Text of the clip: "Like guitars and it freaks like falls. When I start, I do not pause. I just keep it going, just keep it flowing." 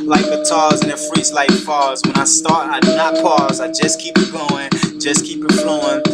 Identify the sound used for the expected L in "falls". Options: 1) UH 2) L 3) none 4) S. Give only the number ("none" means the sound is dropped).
3